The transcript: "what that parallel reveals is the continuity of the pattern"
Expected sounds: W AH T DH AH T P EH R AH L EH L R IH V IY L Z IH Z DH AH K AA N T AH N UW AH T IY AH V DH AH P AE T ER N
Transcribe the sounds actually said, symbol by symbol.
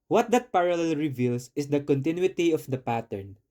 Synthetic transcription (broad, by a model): W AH T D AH T P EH R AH L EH L R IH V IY L S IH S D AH K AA N T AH N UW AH T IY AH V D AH P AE T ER N